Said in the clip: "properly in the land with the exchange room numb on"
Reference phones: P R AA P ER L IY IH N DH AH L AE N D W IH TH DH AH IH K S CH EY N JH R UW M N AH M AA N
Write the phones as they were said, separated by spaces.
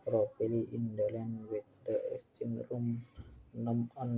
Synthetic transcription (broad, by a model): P R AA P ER L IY IH N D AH L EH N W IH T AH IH S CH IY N R UW M N AH M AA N